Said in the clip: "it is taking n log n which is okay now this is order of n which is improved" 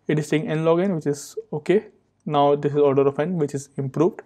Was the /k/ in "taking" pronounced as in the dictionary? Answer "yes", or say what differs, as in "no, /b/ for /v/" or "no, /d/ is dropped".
no, /k/ is dropped